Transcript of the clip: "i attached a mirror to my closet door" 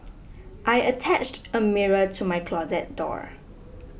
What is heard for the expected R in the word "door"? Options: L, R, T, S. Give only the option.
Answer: R